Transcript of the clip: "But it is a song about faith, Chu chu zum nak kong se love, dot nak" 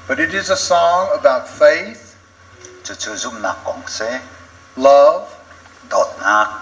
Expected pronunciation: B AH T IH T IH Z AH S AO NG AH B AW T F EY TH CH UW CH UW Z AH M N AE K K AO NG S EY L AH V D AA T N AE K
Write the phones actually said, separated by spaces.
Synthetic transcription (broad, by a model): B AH T IH T IH Z AH S AO NG AH B AW T F EY TH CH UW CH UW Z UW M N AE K K AO NG S EY L AH V D AA T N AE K